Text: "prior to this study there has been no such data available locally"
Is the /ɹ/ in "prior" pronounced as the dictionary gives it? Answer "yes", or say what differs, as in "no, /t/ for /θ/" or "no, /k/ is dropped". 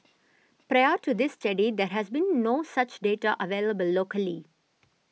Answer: yes